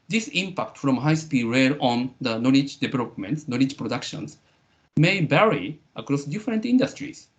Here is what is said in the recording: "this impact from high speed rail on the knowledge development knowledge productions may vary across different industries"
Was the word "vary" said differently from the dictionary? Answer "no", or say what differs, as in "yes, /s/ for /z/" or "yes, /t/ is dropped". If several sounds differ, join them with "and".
yes, /b/ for /v/